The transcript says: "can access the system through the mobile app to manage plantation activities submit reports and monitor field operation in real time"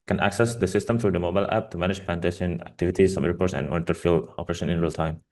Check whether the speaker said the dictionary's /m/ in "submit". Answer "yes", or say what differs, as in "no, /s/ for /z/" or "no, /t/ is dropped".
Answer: no, /m/ is dropped